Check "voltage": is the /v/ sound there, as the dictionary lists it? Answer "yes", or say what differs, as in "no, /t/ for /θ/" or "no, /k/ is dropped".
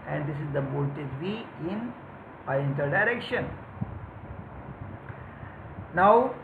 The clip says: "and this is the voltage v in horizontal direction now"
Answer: no, /b/ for /v/